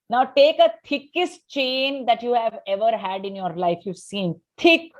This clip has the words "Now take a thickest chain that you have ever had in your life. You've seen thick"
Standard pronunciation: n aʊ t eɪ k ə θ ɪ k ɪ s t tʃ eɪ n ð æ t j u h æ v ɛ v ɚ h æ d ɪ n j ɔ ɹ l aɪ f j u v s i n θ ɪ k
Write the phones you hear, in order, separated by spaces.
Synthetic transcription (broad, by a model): n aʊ t eɪ k ə t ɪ k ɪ s t tʃ eɪ n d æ t j u h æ v ɛ v ɚ h æ d ɪ n j ɔ ɹ l aɪ f j u v s i n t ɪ k